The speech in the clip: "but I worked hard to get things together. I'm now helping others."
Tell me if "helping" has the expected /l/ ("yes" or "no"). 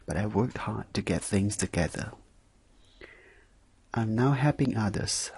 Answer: no